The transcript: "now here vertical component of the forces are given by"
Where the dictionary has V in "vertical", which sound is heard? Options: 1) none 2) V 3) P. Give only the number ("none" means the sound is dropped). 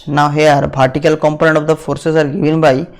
3